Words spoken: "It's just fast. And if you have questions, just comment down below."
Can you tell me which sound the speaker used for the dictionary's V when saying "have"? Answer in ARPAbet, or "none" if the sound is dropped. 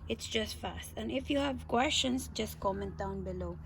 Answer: V